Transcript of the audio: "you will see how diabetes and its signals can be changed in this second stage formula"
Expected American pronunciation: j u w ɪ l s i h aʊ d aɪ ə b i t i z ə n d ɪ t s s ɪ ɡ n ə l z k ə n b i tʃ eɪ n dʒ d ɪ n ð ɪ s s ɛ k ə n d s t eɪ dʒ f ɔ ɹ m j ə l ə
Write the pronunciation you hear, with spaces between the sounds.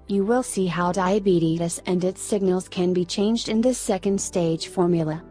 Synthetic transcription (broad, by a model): j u w ɪ l s i h aʊ d aɪ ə b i t i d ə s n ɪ t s s ɪ ɡ n ə l z k ə n b i tʃ eɪ n dʒ d ɪ n ð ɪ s s ɛ k ə n d s t eɪ dʒ f ɔ ɹ m j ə l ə